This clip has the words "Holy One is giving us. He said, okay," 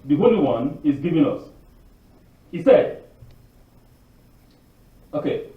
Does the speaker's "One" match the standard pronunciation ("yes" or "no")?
yes